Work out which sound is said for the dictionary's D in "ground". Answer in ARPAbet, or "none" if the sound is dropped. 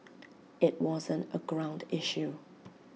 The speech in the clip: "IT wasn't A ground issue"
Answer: D